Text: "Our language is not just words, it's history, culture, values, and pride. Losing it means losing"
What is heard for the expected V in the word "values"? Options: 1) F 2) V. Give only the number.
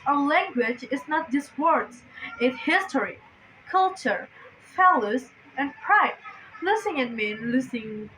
1